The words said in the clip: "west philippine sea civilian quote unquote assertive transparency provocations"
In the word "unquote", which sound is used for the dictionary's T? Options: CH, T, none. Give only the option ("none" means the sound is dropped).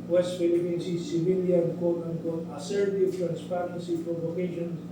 none